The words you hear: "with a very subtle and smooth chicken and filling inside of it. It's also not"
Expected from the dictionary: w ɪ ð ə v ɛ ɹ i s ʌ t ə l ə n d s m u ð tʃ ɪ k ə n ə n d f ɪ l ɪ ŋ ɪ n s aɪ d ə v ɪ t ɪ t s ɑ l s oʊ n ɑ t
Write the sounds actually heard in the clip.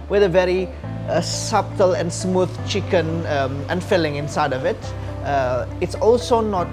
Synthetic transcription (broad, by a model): w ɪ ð ə v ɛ ɹ i s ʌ t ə l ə n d s m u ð tʃ ɪ k ə n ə n f ɪ l ɪ ŋ ɪ n s aɪ d ə v ɪ t ɪ t s ɑ l s oʊ n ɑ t